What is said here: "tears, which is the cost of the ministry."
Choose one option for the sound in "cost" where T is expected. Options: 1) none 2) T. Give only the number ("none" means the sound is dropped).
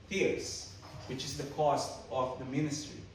2